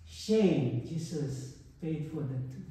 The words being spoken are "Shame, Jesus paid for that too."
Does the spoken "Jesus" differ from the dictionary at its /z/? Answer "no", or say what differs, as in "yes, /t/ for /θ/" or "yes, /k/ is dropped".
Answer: yes, /s/ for /z/